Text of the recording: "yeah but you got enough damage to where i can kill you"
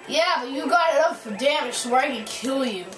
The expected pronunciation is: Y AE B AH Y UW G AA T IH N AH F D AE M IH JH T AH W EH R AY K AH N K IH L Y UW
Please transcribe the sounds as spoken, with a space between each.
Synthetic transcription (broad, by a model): Y AE B AH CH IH G AA T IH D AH F D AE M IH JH S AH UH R AY K AH N K IH L Y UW